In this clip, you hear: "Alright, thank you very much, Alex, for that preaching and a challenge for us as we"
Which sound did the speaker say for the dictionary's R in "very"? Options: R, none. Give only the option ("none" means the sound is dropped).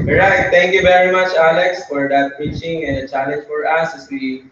R